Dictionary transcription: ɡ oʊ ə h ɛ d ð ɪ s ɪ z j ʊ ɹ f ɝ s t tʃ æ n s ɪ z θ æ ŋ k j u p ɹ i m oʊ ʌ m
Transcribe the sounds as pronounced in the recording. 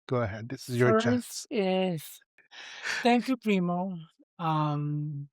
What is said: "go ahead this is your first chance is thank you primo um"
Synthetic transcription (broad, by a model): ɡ oʊ ə h ɛ d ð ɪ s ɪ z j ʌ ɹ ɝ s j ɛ s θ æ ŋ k j u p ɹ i m oʊ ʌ m